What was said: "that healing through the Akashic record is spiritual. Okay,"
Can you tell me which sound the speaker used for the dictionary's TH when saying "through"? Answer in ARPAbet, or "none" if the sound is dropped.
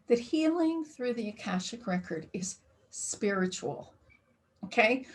TH